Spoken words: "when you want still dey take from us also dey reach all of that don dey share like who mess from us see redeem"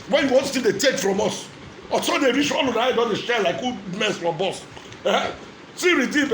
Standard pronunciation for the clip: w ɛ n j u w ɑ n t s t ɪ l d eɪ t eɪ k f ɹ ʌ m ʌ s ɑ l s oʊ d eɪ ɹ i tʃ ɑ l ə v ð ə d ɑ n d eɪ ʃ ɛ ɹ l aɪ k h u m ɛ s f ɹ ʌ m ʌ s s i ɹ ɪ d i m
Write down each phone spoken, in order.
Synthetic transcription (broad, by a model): w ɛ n j u w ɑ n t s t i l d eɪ t eɪ k f ɹ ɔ m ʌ s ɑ s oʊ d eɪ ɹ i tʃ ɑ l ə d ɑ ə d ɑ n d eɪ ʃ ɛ l aɪ k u m ɛ s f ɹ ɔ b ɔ s s i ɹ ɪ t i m